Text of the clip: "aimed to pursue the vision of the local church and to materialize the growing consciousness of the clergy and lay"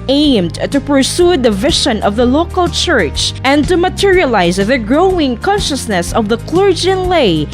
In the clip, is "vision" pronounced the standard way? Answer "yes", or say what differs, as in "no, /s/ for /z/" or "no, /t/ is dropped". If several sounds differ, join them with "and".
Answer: no, /ʃ/ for /ʒ/